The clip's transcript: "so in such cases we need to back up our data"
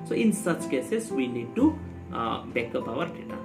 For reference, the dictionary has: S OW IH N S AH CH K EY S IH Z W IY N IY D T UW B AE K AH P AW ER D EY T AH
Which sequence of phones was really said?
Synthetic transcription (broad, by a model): S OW IH N S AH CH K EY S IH S W IY N IY D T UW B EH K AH B AW ER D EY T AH